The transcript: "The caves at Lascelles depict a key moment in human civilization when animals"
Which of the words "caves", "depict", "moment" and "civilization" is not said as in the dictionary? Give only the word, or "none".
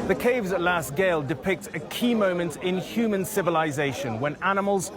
none